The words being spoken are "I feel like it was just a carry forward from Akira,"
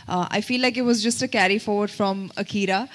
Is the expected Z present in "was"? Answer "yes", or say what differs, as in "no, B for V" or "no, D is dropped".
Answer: yes